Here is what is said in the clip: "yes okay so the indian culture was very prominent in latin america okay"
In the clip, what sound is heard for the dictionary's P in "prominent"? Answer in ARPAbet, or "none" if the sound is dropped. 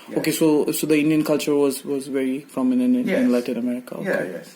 F